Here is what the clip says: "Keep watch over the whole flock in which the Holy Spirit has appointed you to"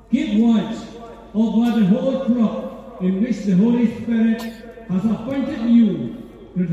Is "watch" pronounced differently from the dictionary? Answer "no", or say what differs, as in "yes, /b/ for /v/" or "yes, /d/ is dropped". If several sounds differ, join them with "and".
yes, /s/ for /tʃ/